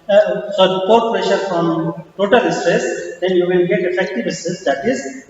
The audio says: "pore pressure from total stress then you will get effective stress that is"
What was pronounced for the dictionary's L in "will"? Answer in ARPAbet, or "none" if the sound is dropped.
N